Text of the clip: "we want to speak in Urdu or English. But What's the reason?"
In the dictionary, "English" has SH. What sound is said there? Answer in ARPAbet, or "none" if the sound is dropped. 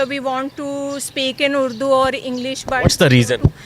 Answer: SH